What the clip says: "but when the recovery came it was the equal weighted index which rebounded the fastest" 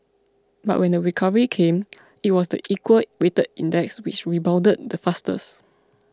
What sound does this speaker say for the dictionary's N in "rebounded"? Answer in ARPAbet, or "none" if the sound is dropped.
L